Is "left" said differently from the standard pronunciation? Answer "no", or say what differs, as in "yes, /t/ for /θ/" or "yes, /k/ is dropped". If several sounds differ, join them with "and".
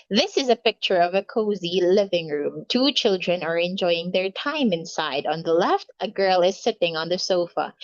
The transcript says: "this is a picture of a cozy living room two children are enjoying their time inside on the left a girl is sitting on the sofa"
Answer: no